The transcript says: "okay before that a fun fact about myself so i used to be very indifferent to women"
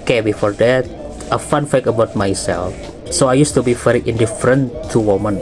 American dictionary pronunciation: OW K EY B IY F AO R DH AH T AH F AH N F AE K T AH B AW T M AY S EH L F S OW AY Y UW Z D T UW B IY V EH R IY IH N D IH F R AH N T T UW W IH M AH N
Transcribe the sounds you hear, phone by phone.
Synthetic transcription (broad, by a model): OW K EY B IY F AO R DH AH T AH F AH N F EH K AH B AW T M AY S EH L F S OW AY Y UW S T UW B IY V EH R IY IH N D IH F R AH N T T UW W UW M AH N